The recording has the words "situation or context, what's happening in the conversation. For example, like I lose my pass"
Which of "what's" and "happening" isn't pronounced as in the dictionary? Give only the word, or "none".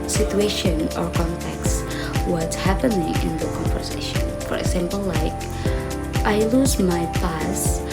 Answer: what's